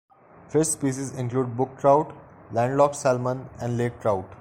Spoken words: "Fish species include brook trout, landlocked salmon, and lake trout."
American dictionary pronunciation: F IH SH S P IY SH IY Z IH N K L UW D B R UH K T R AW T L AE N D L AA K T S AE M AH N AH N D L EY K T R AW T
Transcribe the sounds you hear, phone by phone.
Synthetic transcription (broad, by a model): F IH S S P IY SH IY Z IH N K L UW D B UH K T R AW T L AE N D L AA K S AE M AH N AH N D L EY K T R AW T